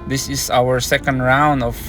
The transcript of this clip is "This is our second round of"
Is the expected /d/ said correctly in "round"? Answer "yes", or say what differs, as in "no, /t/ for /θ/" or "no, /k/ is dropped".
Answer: yes